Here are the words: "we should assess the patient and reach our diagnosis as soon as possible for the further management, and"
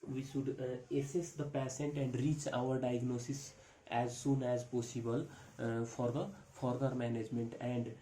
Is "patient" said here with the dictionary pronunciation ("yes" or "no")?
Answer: no